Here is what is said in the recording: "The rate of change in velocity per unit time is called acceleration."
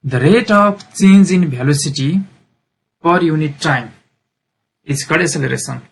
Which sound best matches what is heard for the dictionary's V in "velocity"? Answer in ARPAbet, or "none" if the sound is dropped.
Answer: B